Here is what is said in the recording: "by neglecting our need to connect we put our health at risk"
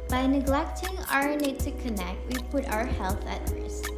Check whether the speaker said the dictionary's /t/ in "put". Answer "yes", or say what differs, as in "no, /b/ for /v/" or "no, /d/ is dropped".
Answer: yes